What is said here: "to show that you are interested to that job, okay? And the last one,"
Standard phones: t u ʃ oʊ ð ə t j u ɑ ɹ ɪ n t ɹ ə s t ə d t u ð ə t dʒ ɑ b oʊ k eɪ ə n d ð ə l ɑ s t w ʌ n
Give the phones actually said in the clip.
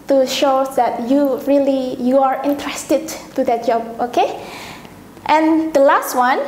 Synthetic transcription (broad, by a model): t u ʃ oʊ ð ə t j u ɑ ɹ ɪ n t ɹ ə s t ə d t u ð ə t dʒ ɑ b oʊ k eɪ ə n d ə l ɑ s t w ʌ n